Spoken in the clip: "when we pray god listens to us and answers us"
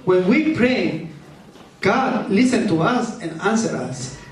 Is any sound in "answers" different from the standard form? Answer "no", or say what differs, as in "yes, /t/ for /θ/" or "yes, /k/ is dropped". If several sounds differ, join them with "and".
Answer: yes, /z/ is dropped